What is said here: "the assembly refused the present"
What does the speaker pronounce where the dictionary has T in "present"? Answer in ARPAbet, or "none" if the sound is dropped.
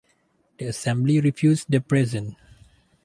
none